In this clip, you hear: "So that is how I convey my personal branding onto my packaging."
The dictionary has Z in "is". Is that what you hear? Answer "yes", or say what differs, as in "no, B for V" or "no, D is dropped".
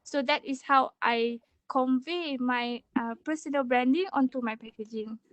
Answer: no, S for Z